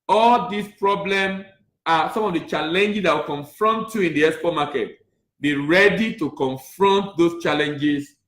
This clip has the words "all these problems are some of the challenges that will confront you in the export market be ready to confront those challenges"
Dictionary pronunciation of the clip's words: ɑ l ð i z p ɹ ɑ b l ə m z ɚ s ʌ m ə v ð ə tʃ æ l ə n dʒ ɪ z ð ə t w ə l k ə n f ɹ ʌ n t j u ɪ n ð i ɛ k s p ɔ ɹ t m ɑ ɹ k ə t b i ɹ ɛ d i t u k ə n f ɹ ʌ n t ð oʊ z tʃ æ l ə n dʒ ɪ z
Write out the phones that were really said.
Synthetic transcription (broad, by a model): ɑ l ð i s p ɹ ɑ b l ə m ɑ s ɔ m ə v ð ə tʃ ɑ l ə n dʒ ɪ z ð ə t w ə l k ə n f ɹ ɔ n t j u ɪ n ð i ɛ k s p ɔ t m ɑ k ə t b i ɹ ɛ d i t u k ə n f ɹ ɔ n t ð oʊ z tʃ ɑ l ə n dʒ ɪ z